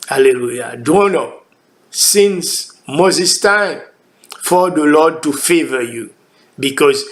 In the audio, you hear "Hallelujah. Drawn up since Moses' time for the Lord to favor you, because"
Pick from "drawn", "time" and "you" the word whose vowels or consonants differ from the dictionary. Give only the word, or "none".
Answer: drawn